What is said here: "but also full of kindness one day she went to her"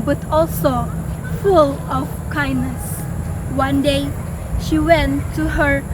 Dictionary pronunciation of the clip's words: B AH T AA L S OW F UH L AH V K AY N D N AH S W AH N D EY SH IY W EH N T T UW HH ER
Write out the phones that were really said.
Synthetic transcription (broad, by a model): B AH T AA L S OW F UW L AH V K AY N N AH S W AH N D EY SH IY W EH N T T UW HH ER